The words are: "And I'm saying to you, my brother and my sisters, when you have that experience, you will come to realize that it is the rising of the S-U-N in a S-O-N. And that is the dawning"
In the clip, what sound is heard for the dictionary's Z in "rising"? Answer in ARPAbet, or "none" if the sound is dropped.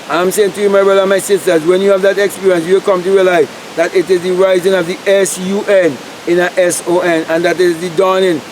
Z